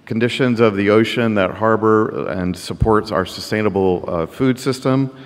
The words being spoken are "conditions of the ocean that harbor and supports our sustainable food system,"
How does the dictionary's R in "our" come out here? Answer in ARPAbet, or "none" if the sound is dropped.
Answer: R